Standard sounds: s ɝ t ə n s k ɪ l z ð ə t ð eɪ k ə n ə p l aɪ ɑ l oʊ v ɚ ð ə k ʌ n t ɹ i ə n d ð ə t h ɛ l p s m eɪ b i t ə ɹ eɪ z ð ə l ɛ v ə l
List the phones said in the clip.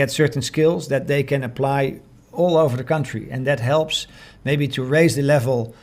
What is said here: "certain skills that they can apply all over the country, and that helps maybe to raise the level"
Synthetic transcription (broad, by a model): s ɝ t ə n s k ɪ l z ð ə t ð eɪ k ə n ə p l aɪ ɑ l oʊ v ɚ ð ə k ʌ n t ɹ i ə n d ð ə t h ɛ l p s m eɪ b i t ə ɹ eɪ z ð ə l ɛ v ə l